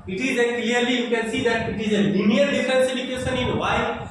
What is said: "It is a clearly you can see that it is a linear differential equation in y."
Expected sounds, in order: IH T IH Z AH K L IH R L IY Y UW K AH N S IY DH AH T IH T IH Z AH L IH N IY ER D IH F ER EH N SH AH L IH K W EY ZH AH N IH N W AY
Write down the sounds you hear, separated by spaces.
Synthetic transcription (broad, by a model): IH T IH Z AH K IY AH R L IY Y UW K AH N S IY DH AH T IH T IH Z AH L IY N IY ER D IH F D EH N S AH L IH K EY SH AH N IH N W AY